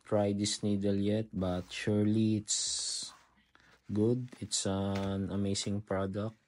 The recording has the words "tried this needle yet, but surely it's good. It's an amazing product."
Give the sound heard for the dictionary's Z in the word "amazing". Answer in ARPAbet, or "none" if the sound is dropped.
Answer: S